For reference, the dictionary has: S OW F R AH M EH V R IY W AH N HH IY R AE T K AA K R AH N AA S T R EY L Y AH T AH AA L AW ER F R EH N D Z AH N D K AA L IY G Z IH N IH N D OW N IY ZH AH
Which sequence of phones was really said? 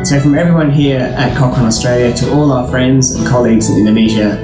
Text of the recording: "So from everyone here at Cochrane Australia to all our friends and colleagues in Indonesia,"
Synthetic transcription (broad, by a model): S OW F R AH M EH V R IY W AH N HH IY R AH T K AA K AH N AA S T R EY L Y AH T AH AA L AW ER F R EH N D Z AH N K AA L IY G Z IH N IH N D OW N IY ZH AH